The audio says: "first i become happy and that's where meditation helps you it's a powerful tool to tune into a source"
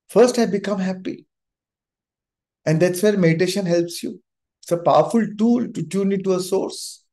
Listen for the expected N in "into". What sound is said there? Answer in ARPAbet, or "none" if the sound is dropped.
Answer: none